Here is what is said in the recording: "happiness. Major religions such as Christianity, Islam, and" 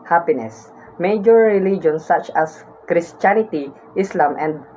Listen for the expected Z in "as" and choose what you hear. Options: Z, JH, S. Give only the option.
S